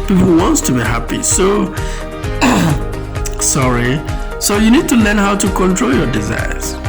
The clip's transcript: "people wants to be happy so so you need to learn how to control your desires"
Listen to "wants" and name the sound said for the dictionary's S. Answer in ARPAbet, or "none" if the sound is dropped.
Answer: S